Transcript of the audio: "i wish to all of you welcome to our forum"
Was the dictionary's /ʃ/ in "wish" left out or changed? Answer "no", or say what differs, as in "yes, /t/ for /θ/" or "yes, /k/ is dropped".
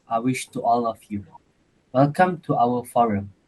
no